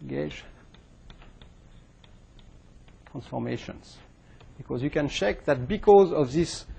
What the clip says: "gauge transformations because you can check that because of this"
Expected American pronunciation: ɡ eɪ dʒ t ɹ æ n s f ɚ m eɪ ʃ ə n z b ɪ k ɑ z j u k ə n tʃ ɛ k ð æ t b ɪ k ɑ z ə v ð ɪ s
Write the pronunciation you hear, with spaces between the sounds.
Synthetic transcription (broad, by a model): ɡ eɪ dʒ t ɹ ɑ n s f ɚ m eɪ ʃ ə n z b ɪ k ɑ z j u k ə n tʃ ɛ k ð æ t b ɪ k ɑ z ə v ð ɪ s